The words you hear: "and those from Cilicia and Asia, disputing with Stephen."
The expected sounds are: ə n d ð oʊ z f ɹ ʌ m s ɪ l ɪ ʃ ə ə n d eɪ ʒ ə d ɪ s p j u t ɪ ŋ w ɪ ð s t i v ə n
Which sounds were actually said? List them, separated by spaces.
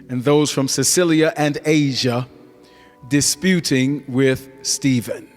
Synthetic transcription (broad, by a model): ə n ð oʊ z f ɹ ʌ m s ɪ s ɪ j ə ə n eɪ ʒ ə d ɪ s p j u t ɪ ŋ w ɪ ð s t i v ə n